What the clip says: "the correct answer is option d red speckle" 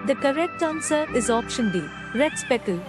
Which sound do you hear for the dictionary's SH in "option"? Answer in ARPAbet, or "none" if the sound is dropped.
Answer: SH